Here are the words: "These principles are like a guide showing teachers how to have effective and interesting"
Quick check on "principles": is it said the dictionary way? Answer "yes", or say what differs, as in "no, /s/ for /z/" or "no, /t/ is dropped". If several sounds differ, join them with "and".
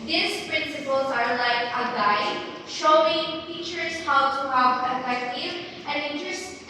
yes